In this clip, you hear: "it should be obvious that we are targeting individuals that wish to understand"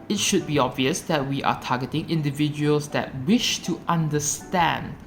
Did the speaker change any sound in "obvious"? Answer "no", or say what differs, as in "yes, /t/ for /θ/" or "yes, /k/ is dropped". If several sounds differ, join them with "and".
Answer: no